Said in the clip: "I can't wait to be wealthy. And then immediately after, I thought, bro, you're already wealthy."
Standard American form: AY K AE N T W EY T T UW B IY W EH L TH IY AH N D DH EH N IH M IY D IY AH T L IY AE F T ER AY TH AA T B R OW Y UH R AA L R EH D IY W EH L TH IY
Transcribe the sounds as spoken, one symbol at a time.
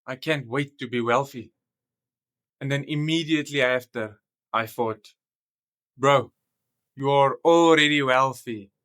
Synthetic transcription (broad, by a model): AY K AE N T W EY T T UW B IY W EH L TH IY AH N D DH EH N IH M IY D IY AH T L IY AE F T ER AY TH AA T B R OW Y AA R AA L R EH D IY W EH L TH IY